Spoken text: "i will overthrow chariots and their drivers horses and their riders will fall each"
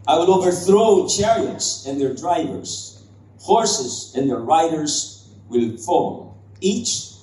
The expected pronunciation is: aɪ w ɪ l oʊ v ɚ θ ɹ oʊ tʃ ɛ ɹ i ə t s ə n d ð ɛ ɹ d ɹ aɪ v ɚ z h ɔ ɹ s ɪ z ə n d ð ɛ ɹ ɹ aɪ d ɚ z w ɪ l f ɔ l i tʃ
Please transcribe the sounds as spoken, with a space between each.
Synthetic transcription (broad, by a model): aɪ w ɪ l oʊ v ɚ θ ɹ oʊ tʃ ɛ ɹ i ə t s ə n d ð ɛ ɹ d ɹ aɪ v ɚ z h ɔ ɹ s ɪ z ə n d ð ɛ ɹ ɹ aɪ d ɚ z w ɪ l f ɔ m i tʃ